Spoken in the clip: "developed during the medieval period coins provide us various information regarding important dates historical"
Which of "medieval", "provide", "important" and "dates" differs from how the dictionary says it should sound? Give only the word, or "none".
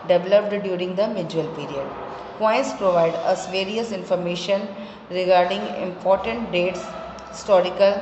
medieval